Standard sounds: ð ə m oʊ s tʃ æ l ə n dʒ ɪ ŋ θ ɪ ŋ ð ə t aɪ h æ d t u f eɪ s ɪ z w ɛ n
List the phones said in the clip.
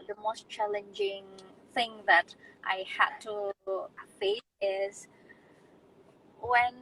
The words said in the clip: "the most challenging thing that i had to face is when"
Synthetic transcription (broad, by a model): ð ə m oʊ s tʃ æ l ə n dʒ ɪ ŋ θ ɪ ŋ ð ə t aɪ h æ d t u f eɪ ɪ z w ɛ n